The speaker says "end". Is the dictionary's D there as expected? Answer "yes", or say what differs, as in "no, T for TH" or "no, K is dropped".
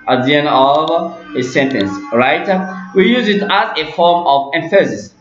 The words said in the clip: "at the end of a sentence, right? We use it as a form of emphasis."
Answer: no, D is dropped